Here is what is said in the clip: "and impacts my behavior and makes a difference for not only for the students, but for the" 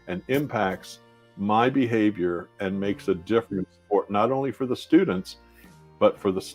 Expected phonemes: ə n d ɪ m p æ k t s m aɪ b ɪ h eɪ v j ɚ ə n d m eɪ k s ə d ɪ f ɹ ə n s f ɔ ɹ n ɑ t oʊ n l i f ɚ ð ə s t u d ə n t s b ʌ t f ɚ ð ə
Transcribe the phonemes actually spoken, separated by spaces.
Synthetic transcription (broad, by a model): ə n ɪ m p æ k t s m aɪ b ɪ h eɪ v j ɚ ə n m eɪ k s ə d ɪ f ɹ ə n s p ɔ ɹ n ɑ t oʊ n l i f ɚ ð ə s t u d n t s b ʌ t f ɚ ð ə